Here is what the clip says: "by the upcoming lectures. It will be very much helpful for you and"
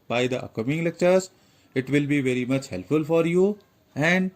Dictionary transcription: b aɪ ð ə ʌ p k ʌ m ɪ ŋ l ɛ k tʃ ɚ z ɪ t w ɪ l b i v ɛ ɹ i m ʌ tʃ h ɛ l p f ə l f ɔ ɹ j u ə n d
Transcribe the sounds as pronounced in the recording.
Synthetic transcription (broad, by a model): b aɪ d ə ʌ k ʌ m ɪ ŋ l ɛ k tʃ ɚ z ɪ t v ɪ l b i v ɛ ɹ i m ʌ tʃ h ɛ l p f ə l f ɔ ɹ j u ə n d